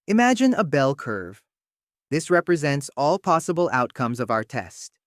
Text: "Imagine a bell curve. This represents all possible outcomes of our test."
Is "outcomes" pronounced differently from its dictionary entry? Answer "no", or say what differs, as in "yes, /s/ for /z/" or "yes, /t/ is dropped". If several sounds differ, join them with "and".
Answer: no